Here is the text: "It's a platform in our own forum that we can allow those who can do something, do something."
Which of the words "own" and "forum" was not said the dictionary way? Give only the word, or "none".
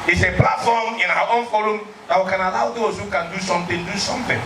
forum